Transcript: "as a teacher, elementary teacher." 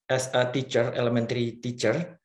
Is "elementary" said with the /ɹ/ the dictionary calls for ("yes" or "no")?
yes